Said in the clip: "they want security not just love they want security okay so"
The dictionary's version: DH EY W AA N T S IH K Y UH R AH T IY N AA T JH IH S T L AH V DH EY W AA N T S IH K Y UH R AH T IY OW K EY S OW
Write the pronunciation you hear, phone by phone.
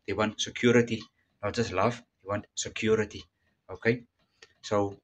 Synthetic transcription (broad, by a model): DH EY W AA N T S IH K Y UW R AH T IY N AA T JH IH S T L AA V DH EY W AA N T S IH K Y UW R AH T IY OW K EY S OW